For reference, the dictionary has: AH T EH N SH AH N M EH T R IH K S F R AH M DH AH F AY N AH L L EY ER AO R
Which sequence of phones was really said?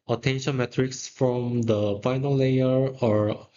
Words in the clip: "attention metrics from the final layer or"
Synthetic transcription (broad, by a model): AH T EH N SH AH N M EH T R IH K S F R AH M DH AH F AY N AH L L EY ER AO R